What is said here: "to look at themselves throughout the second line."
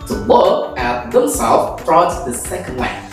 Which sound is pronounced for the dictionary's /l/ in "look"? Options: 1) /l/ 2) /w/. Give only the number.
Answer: 2